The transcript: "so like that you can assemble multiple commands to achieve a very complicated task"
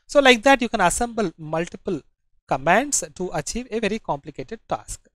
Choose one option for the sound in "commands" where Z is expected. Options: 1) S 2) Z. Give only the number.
1